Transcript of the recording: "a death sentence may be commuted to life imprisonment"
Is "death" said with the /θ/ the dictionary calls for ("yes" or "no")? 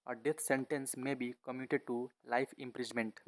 no